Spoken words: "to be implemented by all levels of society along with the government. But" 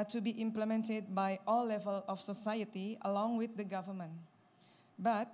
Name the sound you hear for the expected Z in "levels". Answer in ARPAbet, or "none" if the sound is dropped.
none